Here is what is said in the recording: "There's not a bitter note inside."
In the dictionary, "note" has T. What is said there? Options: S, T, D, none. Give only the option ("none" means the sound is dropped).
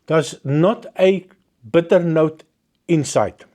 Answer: T